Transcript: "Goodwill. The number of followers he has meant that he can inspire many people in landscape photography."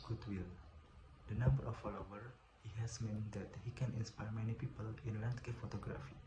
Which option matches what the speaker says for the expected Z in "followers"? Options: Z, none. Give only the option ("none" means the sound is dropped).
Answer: none